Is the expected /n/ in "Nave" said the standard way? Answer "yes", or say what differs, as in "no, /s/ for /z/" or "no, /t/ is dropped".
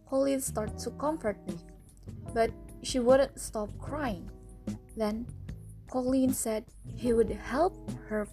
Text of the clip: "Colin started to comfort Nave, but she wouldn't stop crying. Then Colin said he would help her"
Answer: no, /l/ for /n/